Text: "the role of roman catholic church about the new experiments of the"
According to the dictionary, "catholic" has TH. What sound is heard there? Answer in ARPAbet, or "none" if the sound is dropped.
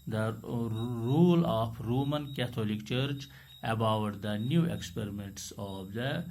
T